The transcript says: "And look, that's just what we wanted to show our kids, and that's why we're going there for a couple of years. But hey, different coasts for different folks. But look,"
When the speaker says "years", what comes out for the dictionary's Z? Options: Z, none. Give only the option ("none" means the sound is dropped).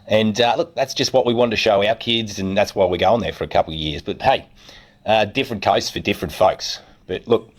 Z